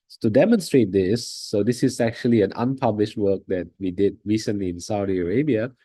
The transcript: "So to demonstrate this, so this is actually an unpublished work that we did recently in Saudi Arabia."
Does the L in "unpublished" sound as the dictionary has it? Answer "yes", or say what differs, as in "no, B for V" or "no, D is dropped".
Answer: yes